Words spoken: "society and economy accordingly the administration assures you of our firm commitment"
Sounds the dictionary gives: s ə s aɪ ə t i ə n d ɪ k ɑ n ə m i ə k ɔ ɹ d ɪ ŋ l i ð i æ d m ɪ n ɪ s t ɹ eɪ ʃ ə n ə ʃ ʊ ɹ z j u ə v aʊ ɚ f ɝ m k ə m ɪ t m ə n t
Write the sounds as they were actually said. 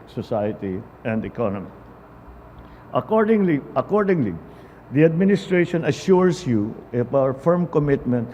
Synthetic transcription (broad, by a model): s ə s aɪ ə t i ə n d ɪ k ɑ n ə m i ə k ɔ ɹ d ɪ ŋ l i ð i æ d m ɪ n ɪ s t ɹ eɪ ʃ ə n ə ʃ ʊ ɹ s j u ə f aʊ ɚ f ɝ m k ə m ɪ t m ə n t